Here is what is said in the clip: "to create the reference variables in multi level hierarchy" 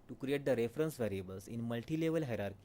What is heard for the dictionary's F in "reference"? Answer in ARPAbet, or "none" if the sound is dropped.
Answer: F